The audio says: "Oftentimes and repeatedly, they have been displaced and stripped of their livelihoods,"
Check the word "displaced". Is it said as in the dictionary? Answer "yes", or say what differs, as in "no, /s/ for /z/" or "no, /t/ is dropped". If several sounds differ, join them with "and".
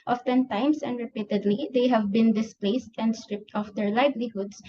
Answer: yes